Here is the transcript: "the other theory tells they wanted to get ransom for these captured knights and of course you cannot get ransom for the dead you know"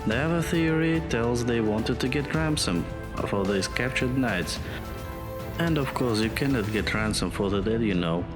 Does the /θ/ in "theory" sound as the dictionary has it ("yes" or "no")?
yes